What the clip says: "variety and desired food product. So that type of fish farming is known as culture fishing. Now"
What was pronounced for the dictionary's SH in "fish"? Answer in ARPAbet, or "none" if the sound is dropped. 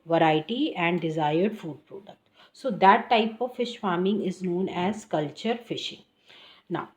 SH